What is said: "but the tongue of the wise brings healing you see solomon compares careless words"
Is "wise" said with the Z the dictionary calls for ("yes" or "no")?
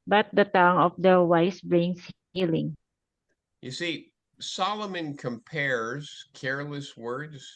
no